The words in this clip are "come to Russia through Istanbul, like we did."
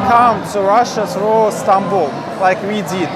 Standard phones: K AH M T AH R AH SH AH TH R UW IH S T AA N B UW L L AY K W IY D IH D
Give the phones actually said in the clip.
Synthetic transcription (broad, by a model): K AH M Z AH R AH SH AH S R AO S T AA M B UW L L AY K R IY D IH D